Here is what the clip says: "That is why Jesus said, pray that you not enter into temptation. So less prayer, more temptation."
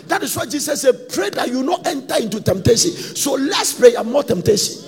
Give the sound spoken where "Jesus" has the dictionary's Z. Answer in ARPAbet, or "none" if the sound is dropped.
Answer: S